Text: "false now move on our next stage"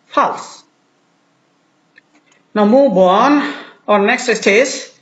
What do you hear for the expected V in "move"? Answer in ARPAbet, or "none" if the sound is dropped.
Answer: B